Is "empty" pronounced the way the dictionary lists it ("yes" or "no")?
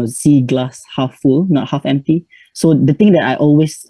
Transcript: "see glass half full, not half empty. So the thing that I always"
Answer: yes